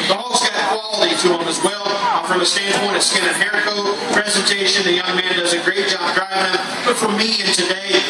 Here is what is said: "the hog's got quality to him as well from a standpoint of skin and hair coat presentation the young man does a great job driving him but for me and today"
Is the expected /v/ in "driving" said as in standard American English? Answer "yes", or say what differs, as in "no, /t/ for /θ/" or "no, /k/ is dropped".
no, /v/ is dropped